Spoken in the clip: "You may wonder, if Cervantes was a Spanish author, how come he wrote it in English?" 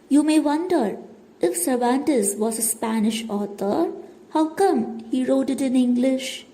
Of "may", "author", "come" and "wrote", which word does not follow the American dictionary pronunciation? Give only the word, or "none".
author